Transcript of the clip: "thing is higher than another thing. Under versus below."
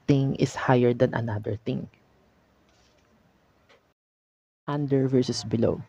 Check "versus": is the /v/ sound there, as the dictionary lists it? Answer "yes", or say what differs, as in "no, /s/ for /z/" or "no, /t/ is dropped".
yes